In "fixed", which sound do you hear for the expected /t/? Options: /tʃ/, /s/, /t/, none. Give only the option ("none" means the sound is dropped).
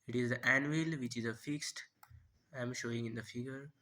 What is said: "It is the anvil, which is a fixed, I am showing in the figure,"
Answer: /t/